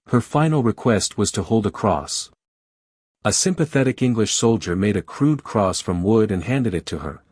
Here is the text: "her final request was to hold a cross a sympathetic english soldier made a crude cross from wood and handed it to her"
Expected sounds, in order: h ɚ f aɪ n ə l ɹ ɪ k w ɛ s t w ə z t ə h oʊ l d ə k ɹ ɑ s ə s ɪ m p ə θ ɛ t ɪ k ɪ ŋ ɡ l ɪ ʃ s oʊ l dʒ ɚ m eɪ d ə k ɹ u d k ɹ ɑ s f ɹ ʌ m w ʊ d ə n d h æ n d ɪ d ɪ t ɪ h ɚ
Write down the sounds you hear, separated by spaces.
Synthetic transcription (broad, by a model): h ɚ f aɪ n l ɹ ɪ k w ɛ s t w ə z t ə h oʊ l d ə k ɹ ɑ s ə s ɪ m p ə θ ɛ t ɪ k ɪ ŋ ɡ l ɪ ʃ s oʊ l dʒ ɚ m eɪ d ə k ɹ u d k ɹ ɑ s f ɹ ʌ m w ʊ d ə n h æ n d ɪ d ɪ t ɪ ɚ